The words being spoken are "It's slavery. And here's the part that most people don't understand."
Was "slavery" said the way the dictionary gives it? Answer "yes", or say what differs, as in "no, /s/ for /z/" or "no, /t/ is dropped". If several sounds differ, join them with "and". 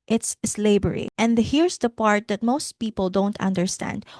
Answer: no, /b/ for /v/